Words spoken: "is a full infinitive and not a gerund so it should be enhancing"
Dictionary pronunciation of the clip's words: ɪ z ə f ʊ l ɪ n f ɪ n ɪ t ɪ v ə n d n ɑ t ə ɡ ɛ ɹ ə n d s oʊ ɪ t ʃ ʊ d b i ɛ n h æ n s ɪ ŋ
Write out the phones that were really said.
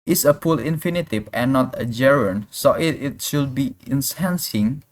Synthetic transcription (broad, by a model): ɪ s ə p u l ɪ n f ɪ n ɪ t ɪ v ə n n ɑ t ə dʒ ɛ ɹ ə n s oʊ ɪ t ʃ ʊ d b i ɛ n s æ n s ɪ ŋ